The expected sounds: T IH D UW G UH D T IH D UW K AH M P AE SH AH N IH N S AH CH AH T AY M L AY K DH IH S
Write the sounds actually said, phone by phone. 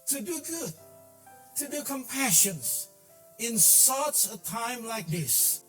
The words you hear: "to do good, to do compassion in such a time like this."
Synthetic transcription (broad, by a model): T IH D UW G UH D T IH D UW K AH M P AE SH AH N IH N S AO S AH T AY M L AY K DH IH S